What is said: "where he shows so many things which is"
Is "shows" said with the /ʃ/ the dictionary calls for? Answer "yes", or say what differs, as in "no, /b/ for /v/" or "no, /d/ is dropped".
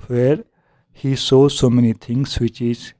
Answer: no, /s/ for /ʃ/